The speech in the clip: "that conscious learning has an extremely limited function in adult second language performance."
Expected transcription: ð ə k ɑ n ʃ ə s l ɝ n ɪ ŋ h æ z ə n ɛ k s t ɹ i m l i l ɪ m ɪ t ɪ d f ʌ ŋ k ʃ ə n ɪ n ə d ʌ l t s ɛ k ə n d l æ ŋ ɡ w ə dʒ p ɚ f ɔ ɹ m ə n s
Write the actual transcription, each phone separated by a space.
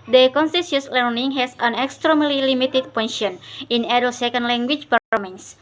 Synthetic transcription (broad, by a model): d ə k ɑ n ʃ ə s l ɝ n ɪ ŋ h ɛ s ə n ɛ k s t ɹ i m l i l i m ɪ t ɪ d p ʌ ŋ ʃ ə n ɪ n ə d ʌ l s ɛ k ə n d l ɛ ŋ ɡ w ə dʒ p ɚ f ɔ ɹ m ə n s